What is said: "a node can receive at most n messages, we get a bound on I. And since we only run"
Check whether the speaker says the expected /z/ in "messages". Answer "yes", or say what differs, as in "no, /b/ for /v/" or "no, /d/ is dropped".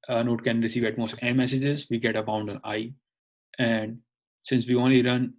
yes